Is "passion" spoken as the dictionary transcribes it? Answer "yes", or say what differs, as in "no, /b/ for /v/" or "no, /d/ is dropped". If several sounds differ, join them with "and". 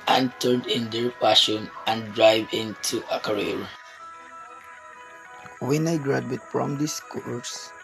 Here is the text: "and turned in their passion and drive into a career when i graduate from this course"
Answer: no, /f/ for /p/